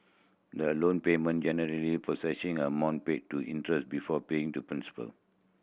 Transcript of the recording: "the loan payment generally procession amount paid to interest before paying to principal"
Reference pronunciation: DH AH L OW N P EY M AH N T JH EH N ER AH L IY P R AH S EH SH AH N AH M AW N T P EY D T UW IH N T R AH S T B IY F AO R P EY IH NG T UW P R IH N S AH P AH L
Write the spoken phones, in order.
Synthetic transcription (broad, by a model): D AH L OW N P EY M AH N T JH EH N ER AH L IY P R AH S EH S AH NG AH M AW N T P EY T UW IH N T R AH S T B IY F AO P EY IH NG T UW P R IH N S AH P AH L